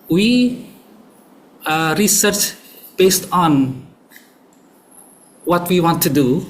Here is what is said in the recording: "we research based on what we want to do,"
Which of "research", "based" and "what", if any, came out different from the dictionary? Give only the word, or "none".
none